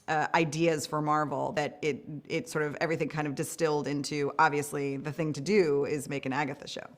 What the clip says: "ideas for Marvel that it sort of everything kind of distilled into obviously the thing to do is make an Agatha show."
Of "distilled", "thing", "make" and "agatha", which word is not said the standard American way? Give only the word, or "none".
none